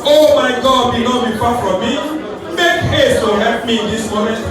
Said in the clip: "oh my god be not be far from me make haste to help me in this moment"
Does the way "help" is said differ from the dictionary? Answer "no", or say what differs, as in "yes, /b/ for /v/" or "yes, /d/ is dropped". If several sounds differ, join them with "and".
yes, /l/ is dropped